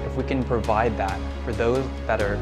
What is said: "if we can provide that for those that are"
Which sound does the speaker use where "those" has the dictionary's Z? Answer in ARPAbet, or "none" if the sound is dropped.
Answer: Z